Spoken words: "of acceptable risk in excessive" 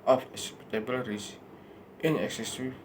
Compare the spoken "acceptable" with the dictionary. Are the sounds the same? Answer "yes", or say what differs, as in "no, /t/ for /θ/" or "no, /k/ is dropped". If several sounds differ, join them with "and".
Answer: no, /k/ is dropped